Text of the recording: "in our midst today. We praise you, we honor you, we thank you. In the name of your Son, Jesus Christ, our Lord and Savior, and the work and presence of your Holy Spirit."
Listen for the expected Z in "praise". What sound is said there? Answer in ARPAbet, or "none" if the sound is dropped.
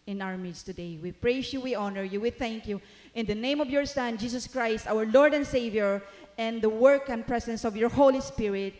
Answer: S